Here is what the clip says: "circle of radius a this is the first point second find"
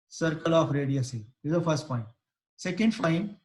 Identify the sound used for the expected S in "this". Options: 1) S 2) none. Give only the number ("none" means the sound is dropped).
2